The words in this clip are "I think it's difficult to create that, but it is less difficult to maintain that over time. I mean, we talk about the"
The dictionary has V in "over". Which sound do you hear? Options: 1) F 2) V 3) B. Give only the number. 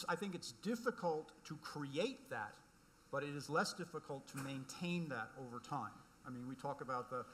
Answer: 2